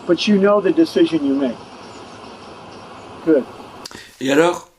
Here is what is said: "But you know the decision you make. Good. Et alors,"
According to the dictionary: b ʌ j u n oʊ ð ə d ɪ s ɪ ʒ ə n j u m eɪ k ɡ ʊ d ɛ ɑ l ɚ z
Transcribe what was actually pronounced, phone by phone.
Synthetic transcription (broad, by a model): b ʌ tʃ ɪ n oʊ ð ə d ɪ s ɪ ʒ ə n j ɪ m eɪ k ɡ ʊ d ɛ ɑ l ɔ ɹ